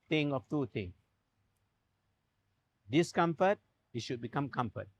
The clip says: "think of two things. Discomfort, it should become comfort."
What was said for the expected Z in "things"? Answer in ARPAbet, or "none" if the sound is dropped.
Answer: none